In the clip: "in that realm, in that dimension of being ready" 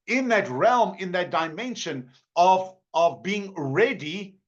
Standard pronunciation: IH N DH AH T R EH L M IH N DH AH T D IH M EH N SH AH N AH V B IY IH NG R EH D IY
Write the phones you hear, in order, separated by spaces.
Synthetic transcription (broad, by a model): IH N DH AH T R EH L M IH N DH AH T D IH M EH N SH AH N AH V B IY IH NG R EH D IY